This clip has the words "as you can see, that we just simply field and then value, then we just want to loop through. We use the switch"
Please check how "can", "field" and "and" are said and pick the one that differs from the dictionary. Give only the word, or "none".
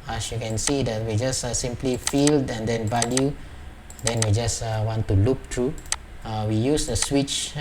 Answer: none